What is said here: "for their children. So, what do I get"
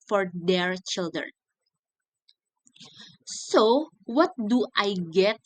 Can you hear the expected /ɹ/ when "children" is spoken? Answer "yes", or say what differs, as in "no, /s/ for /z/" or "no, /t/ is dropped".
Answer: yes